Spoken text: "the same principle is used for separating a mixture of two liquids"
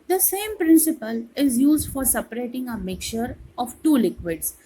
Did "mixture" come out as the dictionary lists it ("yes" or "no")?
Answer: no